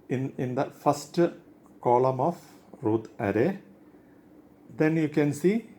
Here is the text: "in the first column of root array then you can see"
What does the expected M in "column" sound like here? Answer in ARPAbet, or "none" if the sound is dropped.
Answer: M